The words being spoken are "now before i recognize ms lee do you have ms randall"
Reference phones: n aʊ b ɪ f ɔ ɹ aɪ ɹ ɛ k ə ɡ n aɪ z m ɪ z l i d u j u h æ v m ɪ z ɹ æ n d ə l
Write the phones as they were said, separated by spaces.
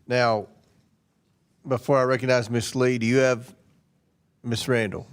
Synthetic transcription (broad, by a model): n aʊ b ɪ f ɔ ɹ aɪ ɹ ɛ k ə ɡ n aɪ z m ɪ s l i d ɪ j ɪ v m ɪ s ɹ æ n d l